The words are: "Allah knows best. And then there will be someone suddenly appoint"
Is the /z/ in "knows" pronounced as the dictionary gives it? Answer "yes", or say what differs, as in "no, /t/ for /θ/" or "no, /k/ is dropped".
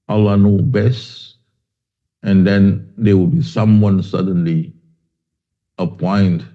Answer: no, /z/ is dropped